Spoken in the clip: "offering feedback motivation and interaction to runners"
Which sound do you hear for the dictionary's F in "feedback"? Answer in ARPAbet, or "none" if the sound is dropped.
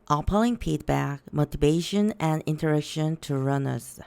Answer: P